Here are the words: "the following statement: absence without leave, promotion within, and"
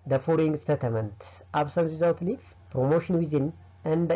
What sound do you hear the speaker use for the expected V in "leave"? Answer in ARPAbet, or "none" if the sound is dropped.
F